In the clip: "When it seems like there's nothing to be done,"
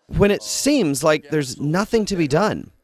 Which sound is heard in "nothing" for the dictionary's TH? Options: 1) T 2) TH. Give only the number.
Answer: 2